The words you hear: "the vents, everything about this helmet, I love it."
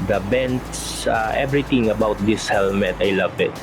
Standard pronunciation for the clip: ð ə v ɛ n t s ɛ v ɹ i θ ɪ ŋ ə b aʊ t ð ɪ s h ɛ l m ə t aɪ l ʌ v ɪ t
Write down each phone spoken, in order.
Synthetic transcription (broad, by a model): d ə b ɛ n t s ɛ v ɹ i t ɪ ŋ ə b aʊ t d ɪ s h ɛ l m ə t aɪ l ʌ v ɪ t